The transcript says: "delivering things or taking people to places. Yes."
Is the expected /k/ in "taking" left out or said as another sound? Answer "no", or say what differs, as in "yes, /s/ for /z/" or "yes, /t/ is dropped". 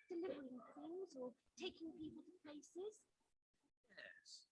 no